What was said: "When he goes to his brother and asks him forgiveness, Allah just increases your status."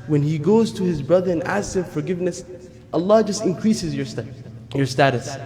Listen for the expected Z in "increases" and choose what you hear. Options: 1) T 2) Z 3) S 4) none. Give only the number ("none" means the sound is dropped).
2